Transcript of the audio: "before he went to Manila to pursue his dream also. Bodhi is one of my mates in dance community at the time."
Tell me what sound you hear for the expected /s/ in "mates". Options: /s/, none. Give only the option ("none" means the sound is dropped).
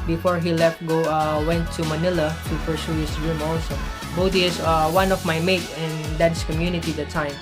none